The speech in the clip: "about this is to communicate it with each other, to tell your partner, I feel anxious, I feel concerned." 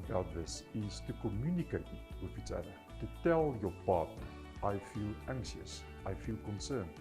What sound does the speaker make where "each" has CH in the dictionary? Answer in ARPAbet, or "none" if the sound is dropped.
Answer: S